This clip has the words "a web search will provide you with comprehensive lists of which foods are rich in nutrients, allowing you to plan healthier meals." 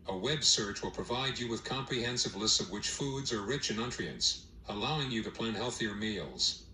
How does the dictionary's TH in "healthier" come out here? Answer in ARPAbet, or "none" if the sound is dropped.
TH